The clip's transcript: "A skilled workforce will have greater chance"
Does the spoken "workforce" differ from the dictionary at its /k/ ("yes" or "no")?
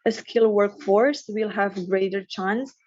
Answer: no